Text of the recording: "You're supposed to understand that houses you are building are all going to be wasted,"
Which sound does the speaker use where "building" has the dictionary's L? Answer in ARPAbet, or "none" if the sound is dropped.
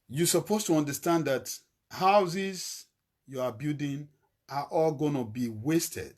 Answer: none